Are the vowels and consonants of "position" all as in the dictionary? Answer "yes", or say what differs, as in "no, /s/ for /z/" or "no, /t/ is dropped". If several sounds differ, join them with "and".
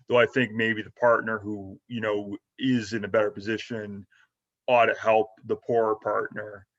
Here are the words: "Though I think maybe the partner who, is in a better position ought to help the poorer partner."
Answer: yes